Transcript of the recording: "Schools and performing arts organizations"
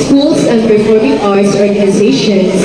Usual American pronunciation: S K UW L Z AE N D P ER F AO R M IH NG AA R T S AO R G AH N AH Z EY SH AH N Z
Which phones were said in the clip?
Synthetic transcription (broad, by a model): S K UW L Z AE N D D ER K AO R IH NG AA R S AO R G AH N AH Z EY SH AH N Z